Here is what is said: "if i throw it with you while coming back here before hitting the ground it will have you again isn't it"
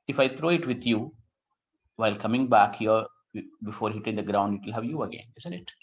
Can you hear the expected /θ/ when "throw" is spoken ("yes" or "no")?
no